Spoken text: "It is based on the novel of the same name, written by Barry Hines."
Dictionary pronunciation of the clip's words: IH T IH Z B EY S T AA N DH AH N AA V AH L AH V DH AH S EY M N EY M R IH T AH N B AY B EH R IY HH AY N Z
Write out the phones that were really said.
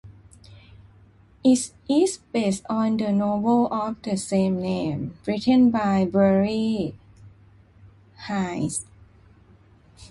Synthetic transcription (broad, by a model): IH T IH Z B EY S T AA N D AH N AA B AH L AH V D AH S EY M N EY M R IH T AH N B AY B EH R IY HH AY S